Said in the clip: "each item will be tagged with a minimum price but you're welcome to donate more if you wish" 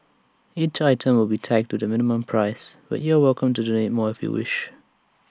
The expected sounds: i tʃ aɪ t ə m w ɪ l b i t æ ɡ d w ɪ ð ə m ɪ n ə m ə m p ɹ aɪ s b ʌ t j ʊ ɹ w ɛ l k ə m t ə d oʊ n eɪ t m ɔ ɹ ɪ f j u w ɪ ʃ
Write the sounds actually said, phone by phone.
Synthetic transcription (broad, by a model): i tʃ aɪ t ə m w ɪ l b i t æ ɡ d w ɪ ð ə m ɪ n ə m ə m p ɹ aɪ s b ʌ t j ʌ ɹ w ɛ l k ə m t ə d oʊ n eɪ t m ɔ ɹ ɪ f j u w ɪ ʃ